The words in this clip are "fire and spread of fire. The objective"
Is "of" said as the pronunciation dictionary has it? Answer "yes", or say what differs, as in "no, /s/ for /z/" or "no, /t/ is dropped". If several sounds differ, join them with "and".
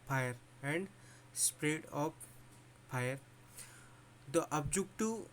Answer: no, /p/ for /v/